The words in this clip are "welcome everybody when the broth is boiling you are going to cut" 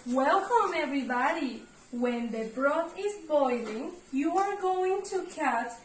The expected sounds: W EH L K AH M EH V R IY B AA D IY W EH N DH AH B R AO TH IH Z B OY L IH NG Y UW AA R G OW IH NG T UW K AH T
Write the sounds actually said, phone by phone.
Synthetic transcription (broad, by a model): W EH L K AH M EH V R IY B AA D IY W EH N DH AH B R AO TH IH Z B OY L IH NG Y UW AA R G OW IH NG T UW K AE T